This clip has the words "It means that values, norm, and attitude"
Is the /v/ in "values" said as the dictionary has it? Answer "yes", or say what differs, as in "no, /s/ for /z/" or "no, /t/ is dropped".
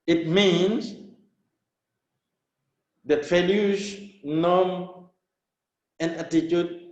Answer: no, /f/ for /v/